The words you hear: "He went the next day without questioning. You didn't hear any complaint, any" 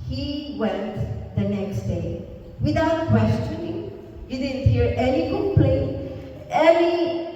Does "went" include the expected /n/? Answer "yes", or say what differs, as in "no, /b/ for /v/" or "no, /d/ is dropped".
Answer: yes